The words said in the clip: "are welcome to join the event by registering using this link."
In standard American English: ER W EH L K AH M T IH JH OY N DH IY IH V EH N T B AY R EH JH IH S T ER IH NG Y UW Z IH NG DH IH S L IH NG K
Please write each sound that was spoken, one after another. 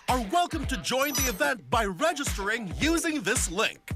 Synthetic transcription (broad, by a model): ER W EH L K AH M T IH JH OY N DH IY IH V EH N T B AY R EH JH IH S T ER IH NG Y UW Z IH NG DH IH S L IH NG K